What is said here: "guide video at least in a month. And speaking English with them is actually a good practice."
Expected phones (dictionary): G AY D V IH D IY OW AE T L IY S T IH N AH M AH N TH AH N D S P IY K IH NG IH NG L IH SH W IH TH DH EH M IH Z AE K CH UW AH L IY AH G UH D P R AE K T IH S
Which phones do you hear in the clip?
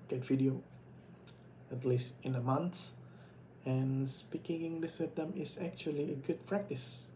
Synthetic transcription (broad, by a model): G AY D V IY D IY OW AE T L IY S T IH N AH M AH N S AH N S P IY K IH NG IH NG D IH S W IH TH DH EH M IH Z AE K CH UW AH L IY AH G UH D P R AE K T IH S